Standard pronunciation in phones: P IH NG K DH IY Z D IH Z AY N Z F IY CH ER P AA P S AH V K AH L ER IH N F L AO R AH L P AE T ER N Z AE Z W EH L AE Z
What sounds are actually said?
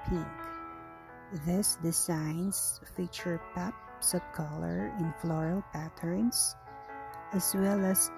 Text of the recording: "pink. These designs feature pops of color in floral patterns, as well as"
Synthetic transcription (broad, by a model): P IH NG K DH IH S D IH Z AY N S F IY CH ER P AA P S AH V K AH L ER IH N F L AO R AH L P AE T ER N S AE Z W EH L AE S